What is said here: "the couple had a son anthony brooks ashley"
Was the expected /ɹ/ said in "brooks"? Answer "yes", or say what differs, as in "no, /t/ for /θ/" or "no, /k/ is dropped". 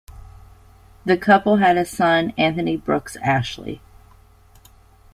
yes